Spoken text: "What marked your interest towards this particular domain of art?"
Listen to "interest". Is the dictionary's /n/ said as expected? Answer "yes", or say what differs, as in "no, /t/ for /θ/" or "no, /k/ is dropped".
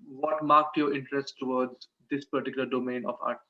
yes